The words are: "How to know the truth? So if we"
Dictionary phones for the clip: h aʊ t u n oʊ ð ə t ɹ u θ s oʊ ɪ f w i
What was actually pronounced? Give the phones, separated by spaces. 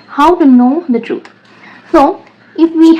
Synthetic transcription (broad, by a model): h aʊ t u n oʊ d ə t ɹ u t s oʊ ɪ f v i